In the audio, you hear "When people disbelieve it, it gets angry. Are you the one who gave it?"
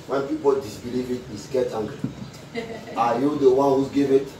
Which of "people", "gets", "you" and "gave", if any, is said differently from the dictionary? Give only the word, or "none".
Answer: gets